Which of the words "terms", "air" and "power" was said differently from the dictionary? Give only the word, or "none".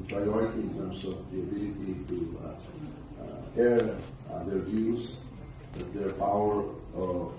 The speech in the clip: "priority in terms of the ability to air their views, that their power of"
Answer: terms